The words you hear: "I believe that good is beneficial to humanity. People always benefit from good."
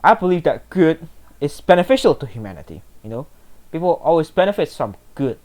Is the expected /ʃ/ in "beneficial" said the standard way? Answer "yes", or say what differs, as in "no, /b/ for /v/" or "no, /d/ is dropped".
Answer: yes